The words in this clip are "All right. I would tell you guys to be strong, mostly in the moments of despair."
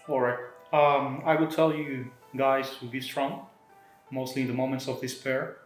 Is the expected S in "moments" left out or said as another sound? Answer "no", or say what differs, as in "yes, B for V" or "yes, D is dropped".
no